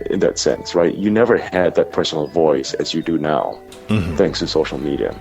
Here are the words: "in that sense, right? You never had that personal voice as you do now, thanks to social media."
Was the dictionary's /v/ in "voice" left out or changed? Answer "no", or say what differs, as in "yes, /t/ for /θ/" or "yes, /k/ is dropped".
no